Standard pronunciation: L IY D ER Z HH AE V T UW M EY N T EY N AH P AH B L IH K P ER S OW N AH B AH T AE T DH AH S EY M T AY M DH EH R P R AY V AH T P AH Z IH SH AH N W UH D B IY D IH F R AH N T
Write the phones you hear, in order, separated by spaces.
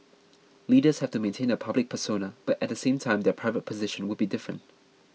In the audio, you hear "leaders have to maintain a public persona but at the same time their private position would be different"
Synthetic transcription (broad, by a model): L IY D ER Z HH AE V T UW M EY N T EY N AH P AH B L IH K P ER S OW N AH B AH T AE T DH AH S EY M T AY M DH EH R P R AY V AH T P AH Z IH SH AH N W UH D B IY D IH F R AH N T